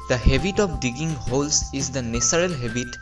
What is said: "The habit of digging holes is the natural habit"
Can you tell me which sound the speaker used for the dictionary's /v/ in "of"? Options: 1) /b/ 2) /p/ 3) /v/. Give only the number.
2